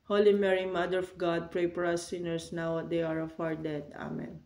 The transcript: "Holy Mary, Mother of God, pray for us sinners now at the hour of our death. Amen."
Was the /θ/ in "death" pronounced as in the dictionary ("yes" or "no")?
no